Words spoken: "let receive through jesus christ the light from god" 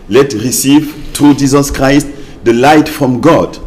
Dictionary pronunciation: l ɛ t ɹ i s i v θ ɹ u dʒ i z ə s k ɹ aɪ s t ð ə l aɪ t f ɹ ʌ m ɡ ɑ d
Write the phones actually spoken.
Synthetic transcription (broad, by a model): l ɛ t ɹ i s i v t ɹ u dʒ i z ə s k ɹ aɪ s t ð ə l aɪ t f ɹ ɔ m ɡ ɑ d